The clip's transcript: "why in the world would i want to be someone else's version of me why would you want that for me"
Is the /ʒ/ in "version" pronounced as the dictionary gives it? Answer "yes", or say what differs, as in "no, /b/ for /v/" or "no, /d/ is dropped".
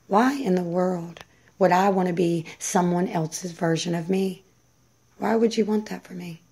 yes